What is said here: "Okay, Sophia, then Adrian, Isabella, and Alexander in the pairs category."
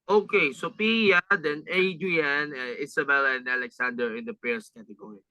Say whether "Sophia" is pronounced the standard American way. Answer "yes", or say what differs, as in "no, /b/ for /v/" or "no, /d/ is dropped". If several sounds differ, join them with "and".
no, /p/ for /f/